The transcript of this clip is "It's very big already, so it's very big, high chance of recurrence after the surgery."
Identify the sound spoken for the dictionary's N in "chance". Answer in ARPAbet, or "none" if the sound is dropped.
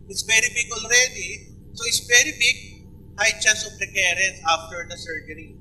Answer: none